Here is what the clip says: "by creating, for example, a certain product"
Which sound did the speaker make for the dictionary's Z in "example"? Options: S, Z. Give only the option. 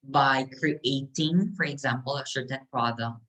Z